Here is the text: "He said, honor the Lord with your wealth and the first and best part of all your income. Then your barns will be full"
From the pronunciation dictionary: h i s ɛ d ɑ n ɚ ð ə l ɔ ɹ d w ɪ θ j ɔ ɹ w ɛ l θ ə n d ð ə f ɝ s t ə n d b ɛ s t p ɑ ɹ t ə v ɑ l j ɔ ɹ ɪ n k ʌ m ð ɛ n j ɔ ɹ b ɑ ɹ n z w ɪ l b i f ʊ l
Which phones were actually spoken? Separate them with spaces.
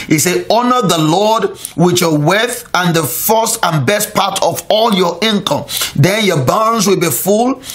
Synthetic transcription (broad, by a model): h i s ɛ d ɑ n ɚ ð ə l ɔ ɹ d w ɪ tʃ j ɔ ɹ w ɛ θ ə n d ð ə f ɝ s t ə n b ɛ s t p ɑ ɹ t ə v ɑ l j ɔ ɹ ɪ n k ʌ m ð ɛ n j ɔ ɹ b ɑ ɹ n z w ɪ l b i f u l